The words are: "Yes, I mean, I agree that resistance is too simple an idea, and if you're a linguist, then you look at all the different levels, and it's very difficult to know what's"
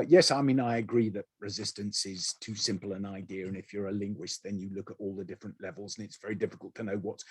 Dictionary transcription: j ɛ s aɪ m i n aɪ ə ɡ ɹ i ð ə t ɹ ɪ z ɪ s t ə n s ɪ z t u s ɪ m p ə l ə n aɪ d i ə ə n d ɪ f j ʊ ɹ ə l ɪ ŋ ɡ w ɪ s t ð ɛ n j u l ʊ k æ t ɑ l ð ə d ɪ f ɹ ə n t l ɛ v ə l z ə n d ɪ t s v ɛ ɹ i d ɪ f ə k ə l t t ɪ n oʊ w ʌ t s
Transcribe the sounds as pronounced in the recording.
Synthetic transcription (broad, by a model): j ɛ s aɪ m i n aɪ ə ɡ ɹ i ð ə t ɹ ɪ z ɪ s t ə n s ɪ z t u s ɪ m p l ə n aɪ d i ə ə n ɪ f j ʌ ɹ ə l ɪ ŋ ɡ w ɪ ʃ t ð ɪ n j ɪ l ʊ k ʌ t ɑ l ð ə d ɪ f ɹ ə n t l ɛ v ə l z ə n ɪ t s v ɛ ɹ i d ɪ f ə k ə l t t ɪ n oʊ w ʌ t s